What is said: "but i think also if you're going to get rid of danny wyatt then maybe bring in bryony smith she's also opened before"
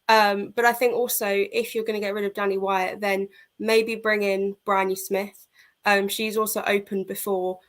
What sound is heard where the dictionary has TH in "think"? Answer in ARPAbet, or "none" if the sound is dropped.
TH